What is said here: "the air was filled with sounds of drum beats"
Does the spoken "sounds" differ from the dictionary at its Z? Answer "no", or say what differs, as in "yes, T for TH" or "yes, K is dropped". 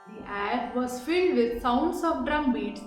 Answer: yes, S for Z